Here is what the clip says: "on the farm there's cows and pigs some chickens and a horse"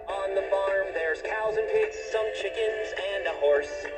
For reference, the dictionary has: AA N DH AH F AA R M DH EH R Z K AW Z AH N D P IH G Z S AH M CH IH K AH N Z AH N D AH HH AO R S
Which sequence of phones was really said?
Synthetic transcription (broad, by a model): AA N DH AH F AA R M DH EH R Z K AW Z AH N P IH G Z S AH M CH IH K AH N Z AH N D AH HH AO R S